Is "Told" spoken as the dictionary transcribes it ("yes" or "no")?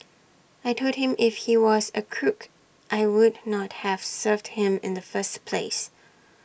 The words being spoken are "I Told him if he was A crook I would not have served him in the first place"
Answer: no